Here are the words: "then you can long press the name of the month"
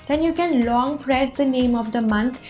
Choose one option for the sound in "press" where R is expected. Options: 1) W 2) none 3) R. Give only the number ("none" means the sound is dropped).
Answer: 3